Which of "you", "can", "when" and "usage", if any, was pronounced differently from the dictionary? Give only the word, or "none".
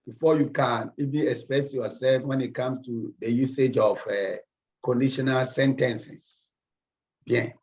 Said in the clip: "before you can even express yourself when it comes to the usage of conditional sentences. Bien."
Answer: none